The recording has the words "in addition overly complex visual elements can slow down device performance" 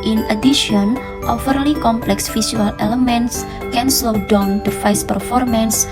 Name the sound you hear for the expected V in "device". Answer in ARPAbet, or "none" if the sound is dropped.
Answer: F